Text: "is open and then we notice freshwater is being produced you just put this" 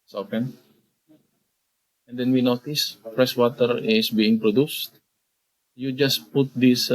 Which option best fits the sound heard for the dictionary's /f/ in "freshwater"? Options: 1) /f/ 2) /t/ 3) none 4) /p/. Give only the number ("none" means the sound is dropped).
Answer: 4